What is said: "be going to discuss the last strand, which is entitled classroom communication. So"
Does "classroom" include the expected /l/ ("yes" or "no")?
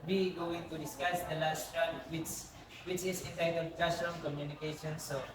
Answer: no